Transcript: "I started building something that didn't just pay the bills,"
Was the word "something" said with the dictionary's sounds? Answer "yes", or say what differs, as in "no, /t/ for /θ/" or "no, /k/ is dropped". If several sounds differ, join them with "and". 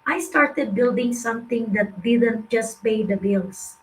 no, /t/ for /θ/